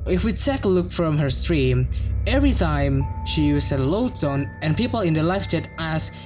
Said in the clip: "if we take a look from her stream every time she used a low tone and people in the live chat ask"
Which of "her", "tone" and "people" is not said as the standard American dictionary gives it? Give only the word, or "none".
tone